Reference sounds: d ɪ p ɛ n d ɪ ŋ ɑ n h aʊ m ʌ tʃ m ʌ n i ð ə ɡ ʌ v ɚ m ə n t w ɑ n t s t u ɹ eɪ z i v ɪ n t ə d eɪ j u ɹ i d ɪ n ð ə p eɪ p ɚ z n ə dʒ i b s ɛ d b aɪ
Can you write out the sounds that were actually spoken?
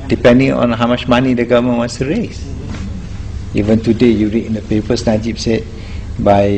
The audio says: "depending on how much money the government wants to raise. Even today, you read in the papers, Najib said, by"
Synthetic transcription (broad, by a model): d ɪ p ɛ n d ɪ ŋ ɑ n h aʊ m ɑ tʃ m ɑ n i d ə ɡ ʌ v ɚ m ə n w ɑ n s t u ɹ eɪ s i v ɪ n t ə d eɪ j u ɹ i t ɪ n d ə p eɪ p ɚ s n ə dʒ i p s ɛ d b aɪ